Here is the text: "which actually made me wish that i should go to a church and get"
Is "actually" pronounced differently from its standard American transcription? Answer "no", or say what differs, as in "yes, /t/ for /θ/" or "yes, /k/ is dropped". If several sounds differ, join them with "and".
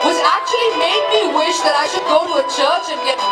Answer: no